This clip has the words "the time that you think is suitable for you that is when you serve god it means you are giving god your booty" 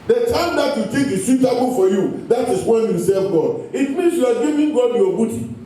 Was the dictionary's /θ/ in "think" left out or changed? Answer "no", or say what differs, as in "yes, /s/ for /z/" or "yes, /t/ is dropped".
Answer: yes, /t/ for /θ/